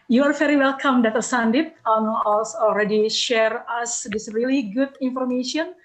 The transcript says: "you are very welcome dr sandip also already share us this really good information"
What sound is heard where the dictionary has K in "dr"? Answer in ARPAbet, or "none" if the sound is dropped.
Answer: none